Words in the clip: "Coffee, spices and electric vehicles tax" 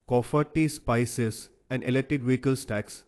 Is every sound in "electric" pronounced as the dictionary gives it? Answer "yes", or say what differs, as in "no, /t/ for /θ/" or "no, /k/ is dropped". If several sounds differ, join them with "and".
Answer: no, /ɹ/ is dropped